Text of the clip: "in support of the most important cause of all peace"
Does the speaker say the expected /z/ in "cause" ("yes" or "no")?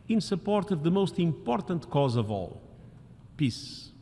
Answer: yes